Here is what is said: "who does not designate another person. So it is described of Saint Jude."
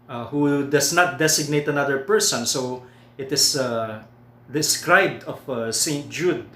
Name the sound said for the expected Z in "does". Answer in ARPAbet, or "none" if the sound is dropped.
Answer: S